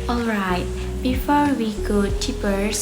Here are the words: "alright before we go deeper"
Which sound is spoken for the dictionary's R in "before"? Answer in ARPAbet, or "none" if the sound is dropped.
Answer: R